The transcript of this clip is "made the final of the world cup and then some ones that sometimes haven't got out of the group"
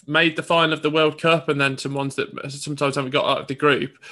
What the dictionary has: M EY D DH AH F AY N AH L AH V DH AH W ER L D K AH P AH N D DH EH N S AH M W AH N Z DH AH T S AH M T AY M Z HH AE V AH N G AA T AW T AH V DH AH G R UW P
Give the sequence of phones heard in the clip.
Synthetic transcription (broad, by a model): M EY D DH AH F AY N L AH V DH AH W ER L D K AH P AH N DH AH N S AH M W AH N Z DH AH T S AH M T AY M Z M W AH G AA T AW T AH V DH AH G R UW P